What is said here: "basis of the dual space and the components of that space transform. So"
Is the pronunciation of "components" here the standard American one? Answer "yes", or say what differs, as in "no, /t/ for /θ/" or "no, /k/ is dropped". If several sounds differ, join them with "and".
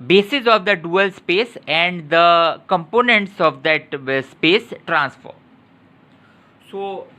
yes